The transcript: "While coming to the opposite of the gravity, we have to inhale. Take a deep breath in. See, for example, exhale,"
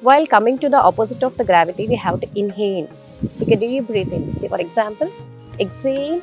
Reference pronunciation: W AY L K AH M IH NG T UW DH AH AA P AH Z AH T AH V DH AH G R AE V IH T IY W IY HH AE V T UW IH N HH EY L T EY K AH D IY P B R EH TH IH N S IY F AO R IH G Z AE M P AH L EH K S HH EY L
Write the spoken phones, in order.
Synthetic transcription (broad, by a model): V AY L K AH M IH NG T UW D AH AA P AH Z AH T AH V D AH G R AE V IH T IY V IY HH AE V T UW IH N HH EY N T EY K AH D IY B R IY F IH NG S IY F AO R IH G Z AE M P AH L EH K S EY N